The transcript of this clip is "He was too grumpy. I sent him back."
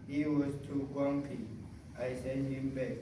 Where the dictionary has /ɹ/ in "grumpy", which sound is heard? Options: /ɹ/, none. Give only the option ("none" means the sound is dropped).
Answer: none